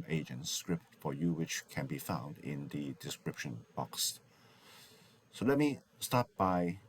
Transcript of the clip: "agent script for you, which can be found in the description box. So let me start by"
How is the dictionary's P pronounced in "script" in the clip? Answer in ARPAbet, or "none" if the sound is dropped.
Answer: P